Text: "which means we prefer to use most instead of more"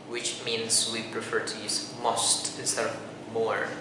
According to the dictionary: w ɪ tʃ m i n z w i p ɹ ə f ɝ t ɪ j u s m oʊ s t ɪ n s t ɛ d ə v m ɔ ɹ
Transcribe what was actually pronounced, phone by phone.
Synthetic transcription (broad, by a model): w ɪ tʃ m i n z w i p ɹ ə f ɝ t ɪ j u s m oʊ s t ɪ s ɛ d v m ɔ ɹ